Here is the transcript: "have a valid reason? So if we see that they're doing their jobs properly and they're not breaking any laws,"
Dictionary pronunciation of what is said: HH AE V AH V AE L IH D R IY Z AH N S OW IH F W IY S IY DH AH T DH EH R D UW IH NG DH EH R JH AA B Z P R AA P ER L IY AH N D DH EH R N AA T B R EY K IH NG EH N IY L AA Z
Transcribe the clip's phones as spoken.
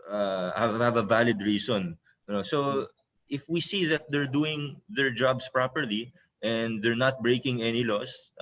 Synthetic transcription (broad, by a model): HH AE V AH V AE L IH D R IY S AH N S OW IH F W IY S IY DH AH T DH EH R D UW IH NG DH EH R JH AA B S P R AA P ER L IY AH N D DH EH R N AA T B R EY K IH NG EH N IY L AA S